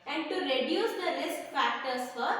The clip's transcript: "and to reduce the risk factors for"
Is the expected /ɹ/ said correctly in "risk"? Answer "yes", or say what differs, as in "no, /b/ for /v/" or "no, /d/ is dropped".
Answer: no, /l/ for /ɹ/